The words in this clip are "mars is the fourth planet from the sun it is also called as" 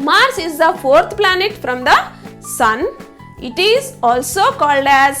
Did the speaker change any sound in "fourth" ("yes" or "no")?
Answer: yes